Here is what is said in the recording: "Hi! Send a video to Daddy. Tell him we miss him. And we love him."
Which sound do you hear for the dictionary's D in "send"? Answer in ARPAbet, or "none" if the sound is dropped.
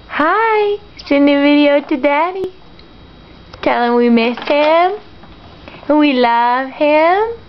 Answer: none